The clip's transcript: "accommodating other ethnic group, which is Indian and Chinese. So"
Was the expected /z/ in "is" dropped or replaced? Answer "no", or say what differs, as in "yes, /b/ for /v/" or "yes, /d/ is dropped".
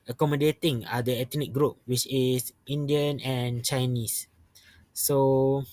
yes, /s/ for /z/